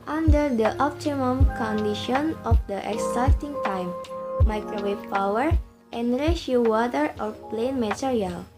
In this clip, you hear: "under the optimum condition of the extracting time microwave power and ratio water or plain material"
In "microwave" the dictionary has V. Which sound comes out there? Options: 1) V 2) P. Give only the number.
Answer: 2